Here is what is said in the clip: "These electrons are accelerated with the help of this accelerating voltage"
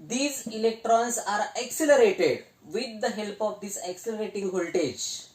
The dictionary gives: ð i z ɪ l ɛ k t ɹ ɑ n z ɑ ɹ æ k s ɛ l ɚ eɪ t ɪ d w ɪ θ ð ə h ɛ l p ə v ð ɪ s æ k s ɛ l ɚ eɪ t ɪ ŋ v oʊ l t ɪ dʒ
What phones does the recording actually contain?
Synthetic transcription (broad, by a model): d i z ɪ l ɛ k t ɹ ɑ n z ɑ ɹ æ k s ɛ l ɚ eɪ t ɪ d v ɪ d ə h ɛ l p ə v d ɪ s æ k s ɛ l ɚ eɪ t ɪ ŋ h oʊ l t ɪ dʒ